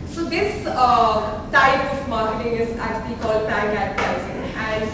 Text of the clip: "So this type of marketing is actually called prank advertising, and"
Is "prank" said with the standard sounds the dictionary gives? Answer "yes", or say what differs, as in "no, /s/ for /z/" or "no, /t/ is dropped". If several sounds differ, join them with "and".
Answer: no, /k/ is dropped